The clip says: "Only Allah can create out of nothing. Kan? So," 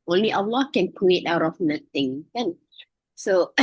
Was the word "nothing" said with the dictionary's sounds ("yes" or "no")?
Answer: no